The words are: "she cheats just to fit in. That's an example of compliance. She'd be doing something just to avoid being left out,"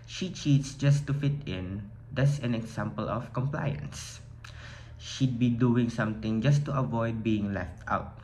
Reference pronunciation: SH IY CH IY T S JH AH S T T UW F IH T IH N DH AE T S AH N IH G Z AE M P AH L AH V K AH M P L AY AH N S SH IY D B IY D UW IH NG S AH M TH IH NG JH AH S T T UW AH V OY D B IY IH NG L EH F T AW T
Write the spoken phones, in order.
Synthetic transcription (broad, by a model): SH IY CH IY T S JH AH S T T UW F IH T IH N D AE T S AH N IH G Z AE M P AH L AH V K AH M P L AY AH N S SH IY D B IY D UW IH NG S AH M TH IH NG JH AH S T T UW AH V OY D B IY IH NG L EH F T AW T